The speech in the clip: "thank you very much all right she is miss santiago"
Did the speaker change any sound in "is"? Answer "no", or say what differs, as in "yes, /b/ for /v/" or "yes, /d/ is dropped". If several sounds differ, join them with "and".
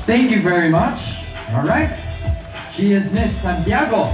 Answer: no